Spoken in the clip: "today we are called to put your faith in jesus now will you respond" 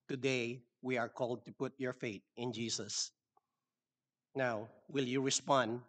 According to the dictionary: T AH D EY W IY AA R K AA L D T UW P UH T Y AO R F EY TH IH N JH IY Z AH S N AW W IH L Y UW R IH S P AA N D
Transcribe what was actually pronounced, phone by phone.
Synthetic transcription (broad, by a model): T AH D EY W IY AA R K AA L D T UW P UH T Y AO R F EY T IH N JH IY S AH S N AW W IH L Y UW R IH S P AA N D